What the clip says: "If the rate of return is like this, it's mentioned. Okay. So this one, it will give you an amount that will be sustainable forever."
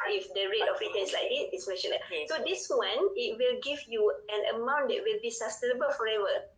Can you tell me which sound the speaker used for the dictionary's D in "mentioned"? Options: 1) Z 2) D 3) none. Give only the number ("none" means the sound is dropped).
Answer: 3